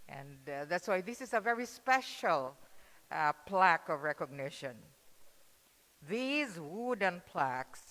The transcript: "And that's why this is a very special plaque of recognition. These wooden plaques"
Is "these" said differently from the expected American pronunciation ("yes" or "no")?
no